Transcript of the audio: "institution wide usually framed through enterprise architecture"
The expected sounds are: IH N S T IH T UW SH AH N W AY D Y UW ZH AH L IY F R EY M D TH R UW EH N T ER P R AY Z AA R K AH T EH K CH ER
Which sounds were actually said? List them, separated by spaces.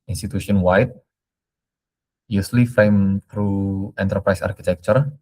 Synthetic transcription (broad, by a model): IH N S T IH T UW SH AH N W AY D Y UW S L IY F EY M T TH R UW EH N T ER P R AY S AA R K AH T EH K CH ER